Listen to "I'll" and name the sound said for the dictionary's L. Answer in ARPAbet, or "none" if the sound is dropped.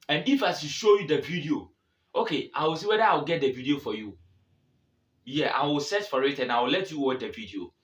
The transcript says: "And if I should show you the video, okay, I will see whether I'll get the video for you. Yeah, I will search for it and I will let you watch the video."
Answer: W